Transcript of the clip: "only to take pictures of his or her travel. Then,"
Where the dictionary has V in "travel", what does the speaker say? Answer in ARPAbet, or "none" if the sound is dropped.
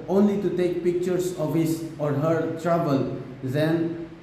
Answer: B